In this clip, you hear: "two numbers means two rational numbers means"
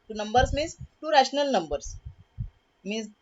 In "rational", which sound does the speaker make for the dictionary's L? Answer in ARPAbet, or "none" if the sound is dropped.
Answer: L